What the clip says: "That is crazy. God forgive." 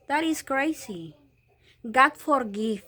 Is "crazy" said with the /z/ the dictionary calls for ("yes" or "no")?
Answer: no